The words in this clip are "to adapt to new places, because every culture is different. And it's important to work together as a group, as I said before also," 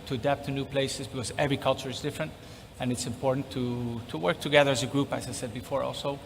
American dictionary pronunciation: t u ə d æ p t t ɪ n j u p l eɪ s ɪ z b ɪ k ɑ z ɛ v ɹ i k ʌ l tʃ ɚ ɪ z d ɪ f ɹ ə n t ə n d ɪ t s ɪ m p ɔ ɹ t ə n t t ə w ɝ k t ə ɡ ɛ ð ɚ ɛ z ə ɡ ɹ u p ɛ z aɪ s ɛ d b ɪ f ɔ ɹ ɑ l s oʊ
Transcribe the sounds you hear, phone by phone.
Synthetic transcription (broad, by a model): t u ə d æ p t t ɪ n j u p l eɪ s ɪ z b ɪ k ɑ z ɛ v ɹ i k ʌ l tʃ ɚ ɪ z d ɪ f ɹ ə n t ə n ɪ t s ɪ m p ɔ ɹ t n t t ə w ɝ k t ə ɡ ɛ ð ɚ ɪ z ə ɡ ɹ u p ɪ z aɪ s ɛ d b ɪ f ɔ ɹ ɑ l s oʊ